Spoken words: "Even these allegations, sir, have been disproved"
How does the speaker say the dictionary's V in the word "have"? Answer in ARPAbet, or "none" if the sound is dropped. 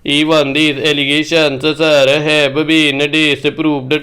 B